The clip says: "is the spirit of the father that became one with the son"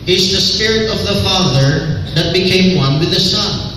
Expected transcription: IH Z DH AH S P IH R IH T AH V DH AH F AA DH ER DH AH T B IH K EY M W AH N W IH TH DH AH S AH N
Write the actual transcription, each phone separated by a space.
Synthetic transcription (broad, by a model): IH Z DH AH S P IH R IH T AH V DH AH F AA DH ER DH AH T B IH K EY M W AH N W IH DH AH S AH N